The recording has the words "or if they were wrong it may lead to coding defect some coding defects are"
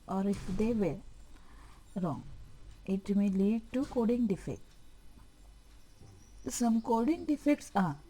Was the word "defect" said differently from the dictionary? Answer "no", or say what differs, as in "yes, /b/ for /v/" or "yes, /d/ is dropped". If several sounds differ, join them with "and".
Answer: no